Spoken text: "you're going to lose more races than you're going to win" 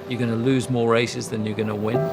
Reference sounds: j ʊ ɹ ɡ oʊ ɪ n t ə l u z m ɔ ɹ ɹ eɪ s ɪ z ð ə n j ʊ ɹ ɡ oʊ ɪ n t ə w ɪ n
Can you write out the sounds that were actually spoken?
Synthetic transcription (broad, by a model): j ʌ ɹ ɡ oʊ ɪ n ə l u z m ɔ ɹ ɹ eɪ s ɪ z ð ə n j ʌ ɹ ɡ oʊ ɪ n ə w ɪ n